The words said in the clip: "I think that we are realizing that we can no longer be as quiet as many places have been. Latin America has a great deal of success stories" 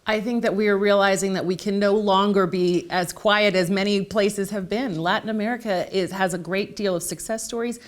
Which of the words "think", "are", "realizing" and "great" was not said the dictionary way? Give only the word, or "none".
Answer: none